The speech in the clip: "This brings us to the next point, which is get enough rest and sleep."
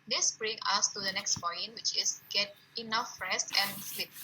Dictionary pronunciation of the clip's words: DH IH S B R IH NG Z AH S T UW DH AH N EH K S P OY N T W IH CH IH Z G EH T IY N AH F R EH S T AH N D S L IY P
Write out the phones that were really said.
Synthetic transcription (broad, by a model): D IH S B R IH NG AH S T UW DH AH N EH K S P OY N W IH CH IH S G EH T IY N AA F R EH S T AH N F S L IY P